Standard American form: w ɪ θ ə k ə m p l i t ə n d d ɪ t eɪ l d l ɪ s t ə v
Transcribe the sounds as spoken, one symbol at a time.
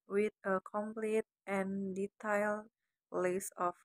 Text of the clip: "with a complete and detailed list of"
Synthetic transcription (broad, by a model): w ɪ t ə k ə m p l i t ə n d d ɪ t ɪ l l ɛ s ə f